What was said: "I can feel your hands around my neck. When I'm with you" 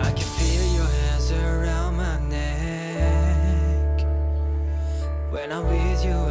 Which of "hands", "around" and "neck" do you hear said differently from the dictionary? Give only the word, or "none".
none